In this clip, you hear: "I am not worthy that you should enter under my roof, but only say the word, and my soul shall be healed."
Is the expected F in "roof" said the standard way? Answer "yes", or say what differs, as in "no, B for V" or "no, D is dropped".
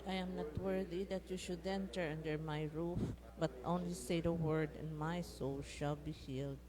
yes